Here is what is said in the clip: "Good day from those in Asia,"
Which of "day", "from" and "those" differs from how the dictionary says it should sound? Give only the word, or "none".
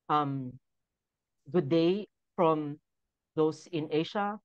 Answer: those